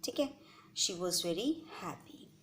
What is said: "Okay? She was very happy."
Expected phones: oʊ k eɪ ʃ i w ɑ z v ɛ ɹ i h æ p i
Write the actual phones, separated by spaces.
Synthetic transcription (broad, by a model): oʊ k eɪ ʃ i w ɑ z v ɛ ɹ i h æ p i